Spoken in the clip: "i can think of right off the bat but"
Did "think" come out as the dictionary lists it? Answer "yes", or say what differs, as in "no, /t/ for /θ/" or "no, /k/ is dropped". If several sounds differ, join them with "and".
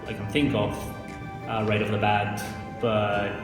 yes